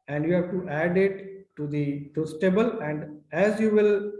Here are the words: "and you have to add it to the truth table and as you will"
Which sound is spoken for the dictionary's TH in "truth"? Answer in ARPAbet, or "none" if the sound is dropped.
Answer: S